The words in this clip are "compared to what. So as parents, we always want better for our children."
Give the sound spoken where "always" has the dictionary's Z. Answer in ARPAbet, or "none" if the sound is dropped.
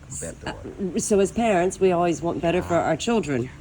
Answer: Z